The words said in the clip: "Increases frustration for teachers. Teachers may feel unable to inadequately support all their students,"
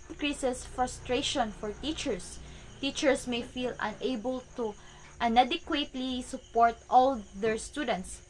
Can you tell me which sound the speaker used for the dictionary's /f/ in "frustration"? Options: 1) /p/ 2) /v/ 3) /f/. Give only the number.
3